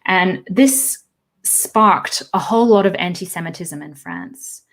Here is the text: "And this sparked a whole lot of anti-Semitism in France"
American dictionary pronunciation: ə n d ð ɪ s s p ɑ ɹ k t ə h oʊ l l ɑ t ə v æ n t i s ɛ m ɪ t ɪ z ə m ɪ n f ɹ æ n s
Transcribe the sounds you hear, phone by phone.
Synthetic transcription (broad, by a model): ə n ð ɪ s s p ɑ ɹ k t ə h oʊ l l ɑ t ə v æ n t i s ɛ m ɪ t ɪ z ə m ɪ n f ɹ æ n s